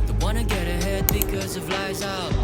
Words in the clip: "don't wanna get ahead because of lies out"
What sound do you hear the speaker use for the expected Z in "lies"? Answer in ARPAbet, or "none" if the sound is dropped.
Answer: Z